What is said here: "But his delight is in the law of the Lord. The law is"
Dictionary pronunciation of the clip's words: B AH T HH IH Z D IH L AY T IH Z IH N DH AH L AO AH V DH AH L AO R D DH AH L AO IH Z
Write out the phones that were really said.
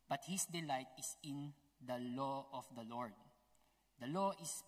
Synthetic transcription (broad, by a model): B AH T HH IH S D IH L AY T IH S IH N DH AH L AO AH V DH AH L AO R D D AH L AO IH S